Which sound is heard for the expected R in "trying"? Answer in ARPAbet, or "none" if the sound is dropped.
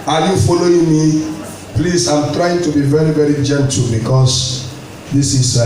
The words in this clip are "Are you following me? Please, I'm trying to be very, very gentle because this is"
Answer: R